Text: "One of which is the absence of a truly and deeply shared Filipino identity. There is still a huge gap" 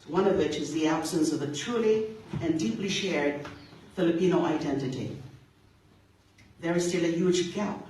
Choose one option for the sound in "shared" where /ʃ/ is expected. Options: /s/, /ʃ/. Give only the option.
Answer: /ʃ/